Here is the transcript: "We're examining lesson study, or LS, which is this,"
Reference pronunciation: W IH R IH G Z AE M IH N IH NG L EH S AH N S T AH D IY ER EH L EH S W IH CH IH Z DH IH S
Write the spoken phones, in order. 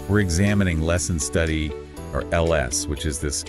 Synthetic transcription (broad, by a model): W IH R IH G Z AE M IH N IH NG L EH S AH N S T AH D IY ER EH L EH S W IH CH IH Z DH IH S